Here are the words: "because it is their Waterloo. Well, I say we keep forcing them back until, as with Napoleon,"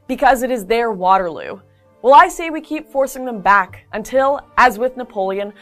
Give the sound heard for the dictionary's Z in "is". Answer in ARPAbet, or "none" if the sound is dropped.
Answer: Z